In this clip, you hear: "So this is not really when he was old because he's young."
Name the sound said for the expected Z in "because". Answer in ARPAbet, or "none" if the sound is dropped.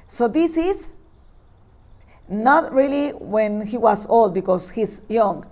S